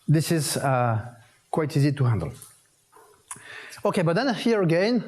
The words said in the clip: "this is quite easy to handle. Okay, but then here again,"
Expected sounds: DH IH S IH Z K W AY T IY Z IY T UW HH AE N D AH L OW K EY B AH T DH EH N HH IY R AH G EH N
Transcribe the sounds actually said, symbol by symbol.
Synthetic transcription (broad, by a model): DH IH S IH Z K W AY T IY Z IY T UW HH AE N D AH L OW K EY B AH T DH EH N HH IY R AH G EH N